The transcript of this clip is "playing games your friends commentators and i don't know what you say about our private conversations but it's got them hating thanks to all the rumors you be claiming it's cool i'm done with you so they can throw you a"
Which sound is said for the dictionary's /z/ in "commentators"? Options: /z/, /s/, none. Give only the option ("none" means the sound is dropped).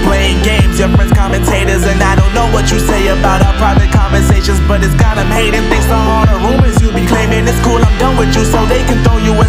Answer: /z/